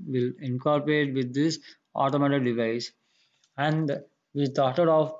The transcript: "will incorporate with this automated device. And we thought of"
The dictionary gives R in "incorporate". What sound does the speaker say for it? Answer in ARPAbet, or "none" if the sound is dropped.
R